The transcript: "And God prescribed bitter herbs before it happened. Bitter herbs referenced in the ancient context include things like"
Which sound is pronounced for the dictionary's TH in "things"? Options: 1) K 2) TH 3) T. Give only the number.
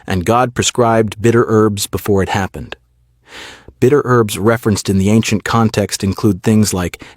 2